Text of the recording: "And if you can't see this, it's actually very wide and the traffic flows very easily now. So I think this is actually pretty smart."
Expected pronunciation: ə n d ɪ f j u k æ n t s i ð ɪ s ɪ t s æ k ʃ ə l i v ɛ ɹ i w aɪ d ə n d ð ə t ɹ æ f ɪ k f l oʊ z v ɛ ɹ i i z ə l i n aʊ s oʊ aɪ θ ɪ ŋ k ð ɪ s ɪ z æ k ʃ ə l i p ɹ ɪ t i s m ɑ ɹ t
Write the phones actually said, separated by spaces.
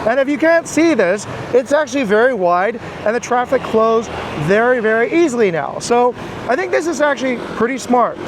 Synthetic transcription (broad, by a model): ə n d ɪ f j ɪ k æ n t s i ð ɪ s ɪ t s æ k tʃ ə l i v ɛ ɹ i w aɪ d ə n ð ə t ɹ æ f ɪ k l oʊ z v ɛ ɹ i i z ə l i n aʊ s oʊ aɪ θ ɪ ŋ k ð ɪ s ɪ z æ k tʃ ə l i p ɹ ɪ t i s m ɑ ɹ t